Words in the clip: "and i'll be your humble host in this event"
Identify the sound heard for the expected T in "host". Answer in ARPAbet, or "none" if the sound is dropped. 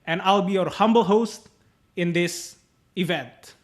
T